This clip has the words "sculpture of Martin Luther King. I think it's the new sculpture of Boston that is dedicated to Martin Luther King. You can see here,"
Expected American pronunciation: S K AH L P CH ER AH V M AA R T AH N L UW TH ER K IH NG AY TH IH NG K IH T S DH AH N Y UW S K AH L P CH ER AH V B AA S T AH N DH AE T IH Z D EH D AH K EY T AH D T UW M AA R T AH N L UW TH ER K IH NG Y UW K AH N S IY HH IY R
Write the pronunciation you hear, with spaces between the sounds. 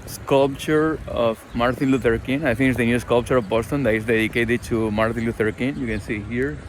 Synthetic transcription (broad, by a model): S K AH L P CH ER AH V M AA R T AH N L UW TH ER K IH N AY T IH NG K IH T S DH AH N Y UW S K AH L P CH ER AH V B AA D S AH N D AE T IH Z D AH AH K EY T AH T UW M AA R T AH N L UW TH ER K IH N Y UW K AH N S IY HH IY R